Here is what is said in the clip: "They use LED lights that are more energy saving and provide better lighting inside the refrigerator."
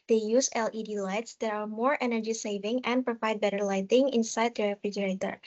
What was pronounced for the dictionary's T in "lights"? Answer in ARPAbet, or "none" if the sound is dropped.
T